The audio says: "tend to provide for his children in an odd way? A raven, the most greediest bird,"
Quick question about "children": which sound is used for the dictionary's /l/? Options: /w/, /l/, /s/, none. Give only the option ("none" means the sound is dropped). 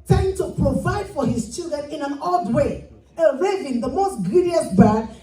/l/